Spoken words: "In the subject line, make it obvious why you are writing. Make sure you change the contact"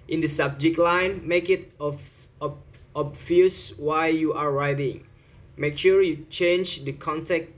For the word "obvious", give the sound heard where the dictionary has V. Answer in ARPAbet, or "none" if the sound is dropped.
F